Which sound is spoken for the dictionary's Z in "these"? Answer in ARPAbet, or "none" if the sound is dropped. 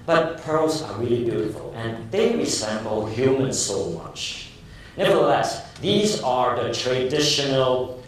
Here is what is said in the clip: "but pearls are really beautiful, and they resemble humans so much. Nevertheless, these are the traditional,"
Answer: Z